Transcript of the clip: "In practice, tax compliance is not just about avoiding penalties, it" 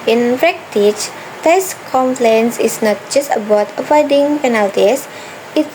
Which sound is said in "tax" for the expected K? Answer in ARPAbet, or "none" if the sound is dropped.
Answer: none